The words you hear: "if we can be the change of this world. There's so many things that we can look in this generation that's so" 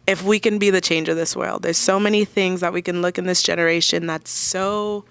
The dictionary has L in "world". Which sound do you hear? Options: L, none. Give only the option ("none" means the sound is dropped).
L